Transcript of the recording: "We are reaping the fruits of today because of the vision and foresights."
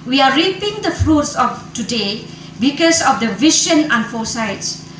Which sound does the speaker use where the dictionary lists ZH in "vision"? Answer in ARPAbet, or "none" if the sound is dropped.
SH